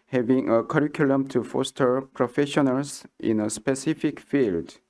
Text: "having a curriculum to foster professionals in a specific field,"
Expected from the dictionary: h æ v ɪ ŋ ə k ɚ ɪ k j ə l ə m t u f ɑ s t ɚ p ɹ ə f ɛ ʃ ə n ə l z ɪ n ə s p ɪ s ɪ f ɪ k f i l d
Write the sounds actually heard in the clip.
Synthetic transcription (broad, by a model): h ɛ v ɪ ŋ ə k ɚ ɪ k j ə l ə m t u f ɑ s t ɚ p ɹ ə f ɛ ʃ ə n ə l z ɪ n ə s p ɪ s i f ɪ k f i l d